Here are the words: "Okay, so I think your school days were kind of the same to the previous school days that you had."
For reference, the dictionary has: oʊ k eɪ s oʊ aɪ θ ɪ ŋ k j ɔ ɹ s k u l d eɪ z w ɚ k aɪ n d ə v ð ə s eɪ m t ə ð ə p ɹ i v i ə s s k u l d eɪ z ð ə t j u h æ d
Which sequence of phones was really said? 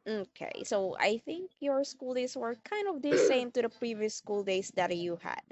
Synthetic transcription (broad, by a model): oʊ k eɪ s oʊ aɪ θ ɪ ŋ k j ɔ ɹ s k u l d eɪ s w ɚ k aɪ n d ə v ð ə s eɪ m t ə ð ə p ɹ i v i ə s s k u l d eɪ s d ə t j u h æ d